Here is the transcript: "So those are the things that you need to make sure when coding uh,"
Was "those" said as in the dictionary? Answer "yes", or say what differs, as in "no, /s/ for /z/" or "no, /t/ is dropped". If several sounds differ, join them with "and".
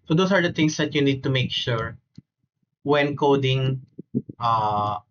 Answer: no, /s/ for /z/